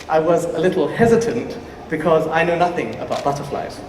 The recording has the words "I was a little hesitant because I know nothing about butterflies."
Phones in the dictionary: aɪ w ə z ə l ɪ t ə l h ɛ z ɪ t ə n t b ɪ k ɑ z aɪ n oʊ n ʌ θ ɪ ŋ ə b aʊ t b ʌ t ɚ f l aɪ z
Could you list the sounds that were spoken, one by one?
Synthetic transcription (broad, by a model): aɪ w ə z ə l ɪ t l h ɛ z ɪ t ə n t b ɪ k ɑ z aɪ n oʊ n ʌ θ ɪ ŋ ə b aʊ t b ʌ t ɚ f l aɪ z